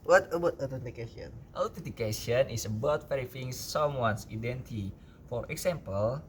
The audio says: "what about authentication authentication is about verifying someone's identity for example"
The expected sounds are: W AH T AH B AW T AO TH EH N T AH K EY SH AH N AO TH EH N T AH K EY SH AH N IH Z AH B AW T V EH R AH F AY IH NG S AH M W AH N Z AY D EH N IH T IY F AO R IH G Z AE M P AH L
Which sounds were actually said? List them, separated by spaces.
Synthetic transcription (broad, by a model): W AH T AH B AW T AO T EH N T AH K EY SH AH N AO T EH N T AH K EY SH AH N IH S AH B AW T F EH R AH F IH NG S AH M W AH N S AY D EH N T IY F AO R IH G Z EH M P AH L